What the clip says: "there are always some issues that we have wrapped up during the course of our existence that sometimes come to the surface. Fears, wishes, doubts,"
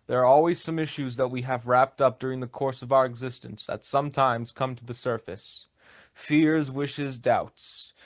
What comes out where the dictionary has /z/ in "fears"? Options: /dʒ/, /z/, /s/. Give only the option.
/z/